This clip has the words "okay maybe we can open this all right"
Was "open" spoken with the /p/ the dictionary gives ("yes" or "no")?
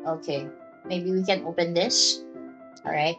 yes